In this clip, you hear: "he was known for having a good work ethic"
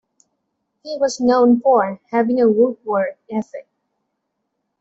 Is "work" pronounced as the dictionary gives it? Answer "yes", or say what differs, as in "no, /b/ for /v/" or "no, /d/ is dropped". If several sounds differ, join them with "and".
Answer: no, /k/ is dropped